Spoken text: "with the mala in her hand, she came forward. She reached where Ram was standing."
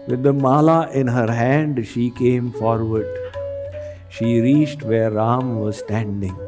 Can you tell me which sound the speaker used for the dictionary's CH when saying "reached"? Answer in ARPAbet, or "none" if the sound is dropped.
CH